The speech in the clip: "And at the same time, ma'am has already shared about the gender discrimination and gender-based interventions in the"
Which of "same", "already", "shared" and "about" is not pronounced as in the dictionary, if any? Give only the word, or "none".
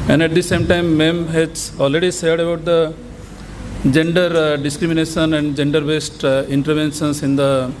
shared